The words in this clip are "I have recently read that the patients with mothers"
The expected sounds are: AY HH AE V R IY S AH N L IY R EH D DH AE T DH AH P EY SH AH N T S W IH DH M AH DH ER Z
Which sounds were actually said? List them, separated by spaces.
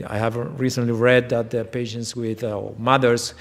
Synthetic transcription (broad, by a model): AY HH AE V R IY S AH N L IY R EH D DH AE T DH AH P EY SH AH N T S W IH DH M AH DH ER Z